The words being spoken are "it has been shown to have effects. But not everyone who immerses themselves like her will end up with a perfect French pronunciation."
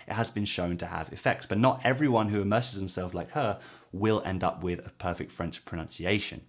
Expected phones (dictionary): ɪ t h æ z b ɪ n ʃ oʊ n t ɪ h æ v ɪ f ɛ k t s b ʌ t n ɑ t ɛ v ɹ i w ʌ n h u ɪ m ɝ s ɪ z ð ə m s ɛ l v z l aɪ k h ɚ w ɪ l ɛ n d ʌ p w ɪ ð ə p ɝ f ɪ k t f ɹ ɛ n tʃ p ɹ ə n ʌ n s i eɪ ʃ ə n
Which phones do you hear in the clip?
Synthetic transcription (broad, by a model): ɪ t h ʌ z b ɪ n ʃ oʊ n t ɪ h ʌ v ɪ f ɛ k t s b ʌ t n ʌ t ɛ v ɹ i w ʌ n h u ɪ m ɝ s ɪ z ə m s ɛ l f l aɪ k h ɚ w ɪ l ɛ n d ʌ p w ɪ ð ə p ɝ f ɪ k t f ɹ ɛ n tʃ p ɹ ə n ʌ n s i eɪ ʃ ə n